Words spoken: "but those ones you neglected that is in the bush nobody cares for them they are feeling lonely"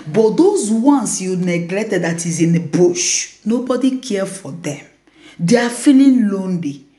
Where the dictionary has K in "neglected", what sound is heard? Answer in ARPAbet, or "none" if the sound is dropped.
K